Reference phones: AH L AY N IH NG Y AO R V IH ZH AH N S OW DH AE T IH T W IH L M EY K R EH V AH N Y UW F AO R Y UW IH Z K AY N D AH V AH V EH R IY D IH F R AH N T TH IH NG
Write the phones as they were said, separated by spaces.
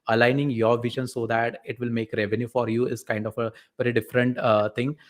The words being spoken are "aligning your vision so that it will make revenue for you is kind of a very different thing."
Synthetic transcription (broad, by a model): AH L AY N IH NG Y AO R V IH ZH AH N S OW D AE T IH T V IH L M EY K R EH V AH N Y UW F AO R Y UW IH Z K AY N D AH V AH V EH R IY D IH F R AH N T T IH NG